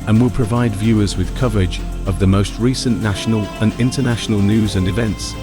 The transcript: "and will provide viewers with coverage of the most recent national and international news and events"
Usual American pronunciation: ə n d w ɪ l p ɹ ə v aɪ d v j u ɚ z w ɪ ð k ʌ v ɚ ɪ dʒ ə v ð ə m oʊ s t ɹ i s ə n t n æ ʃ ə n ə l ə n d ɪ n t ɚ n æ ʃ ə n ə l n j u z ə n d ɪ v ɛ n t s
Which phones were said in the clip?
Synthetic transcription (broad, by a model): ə n w ɪ l p ɹ ə v aɪ d v j u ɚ z w ɪ ð k ʌ v ɚ ɪ dʒ ə v ð ə m oʊ s t ɹ i s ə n n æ ʃ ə n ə l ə n ɪ n t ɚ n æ ʃ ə n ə l n j u z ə n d ɪ v ɛ n t s